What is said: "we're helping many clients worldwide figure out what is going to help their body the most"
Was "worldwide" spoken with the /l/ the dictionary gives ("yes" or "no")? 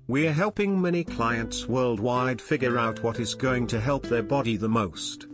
yes